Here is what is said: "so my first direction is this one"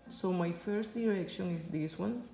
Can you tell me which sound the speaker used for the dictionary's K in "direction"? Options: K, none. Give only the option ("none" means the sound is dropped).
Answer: K